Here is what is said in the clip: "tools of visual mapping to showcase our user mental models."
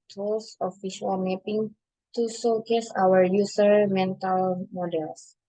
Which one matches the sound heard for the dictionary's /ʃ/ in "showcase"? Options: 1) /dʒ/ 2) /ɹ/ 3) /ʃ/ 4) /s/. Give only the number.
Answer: 4